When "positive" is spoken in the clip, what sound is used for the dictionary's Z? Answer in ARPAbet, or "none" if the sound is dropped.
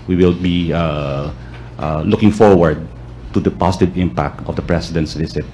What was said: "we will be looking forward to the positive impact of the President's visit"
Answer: S